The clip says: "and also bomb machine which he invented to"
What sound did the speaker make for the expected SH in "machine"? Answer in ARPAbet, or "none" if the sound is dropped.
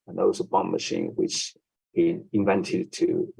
SH